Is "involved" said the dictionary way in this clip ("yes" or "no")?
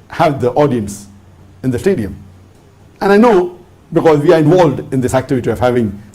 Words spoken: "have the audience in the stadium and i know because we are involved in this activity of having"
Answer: yes